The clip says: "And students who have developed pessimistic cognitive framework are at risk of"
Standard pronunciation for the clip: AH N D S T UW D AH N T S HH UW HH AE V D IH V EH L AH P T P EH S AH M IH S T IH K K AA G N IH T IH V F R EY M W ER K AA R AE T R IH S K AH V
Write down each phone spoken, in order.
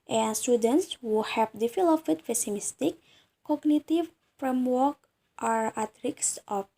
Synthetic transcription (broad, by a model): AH N S T UW D AH N T S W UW HH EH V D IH F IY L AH F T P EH S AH M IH S T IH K K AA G N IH T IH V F R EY M W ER K AA R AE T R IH S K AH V